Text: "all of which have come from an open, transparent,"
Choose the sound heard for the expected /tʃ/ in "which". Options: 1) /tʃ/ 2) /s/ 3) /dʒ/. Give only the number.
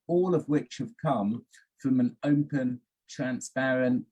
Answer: 1